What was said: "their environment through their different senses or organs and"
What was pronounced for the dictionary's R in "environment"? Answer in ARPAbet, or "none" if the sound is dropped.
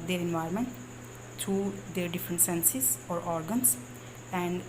none